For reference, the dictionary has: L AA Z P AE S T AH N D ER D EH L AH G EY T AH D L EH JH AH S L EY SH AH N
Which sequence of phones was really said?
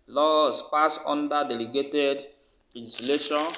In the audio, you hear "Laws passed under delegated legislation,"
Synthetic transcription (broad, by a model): L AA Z P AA S AO N D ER D EH L AH G EY T AH D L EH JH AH S L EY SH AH N